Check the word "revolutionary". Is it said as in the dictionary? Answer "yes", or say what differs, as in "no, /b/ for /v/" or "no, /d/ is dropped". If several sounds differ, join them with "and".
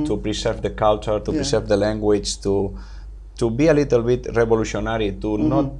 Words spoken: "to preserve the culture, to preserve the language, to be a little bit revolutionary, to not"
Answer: no, /b/ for /v/